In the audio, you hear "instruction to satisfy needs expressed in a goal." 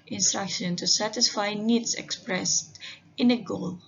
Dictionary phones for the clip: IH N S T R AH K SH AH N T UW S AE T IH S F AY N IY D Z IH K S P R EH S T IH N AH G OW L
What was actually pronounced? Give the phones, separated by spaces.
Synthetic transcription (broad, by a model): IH N S T R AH K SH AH N T UW S AE T IH S F AY N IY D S IH K S P R EH S T IH N AH G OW L